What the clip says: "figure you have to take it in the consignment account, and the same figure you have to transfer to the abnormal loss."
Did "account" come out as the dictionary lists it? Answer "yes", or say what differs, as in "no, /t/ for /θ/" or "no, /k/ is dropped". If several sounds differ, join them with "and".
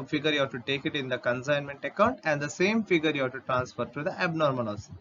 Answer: yes